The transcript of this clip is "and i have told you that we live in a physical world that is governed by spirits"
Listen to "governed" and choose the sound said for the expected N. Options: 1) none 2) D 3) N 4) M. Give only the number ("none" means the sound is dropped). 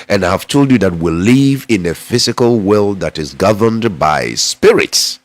3